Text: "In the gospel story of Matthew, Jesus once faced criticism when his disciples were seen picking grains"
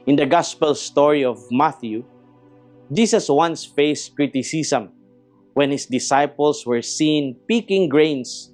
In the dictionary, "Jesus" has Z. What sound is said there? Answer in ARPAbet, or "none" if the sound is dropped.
S